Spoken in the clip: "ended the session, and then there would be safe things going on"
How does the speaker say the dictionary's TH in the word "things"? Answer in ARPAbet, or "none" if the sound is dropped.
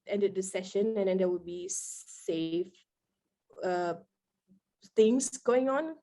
T